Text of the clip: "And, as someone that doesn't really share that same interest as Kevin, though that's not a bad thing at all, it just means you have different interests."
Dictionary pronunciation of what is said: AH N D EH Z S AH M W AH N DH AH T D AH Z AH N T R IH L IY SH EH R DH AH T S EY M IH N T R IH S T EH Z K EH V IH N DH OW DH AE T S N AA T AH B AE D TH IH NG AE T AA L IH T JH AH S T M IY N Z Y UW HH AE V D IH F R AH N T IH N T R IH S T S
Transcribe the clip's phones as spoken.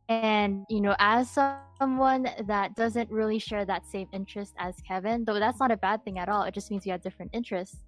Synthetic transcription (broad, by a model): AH N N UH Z S AH M W AH N DH AH T D AH Z AH N T R IH L IY SH EH R DH AH T S EY M IH N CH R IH S T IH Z K EH V IH N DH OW DH AE T S N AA T AH B AE D TH IH NG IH T AA L IH T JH AH S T M IY N Z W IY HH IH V D IH F R AH N T IH N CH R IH S T S